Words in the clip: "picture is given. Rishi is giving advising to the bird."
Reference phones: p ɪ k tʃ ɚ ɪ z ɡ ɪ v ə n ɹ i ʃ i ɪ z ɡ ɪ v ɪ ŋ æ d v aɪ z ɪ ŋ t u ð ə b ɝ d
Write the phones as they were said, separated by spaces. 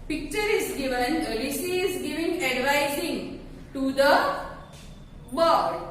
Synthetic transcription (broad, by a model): p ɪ k tʃ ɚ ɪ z ɡ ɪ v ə n l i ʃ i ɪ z ɡ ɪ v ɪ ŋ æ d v aɪ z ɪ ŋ t u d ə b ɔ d